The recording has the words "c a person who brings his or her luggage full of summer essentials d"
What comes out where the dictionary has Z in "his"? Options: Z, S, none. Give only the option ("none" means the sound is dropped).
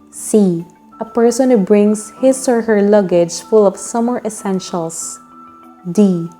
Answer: S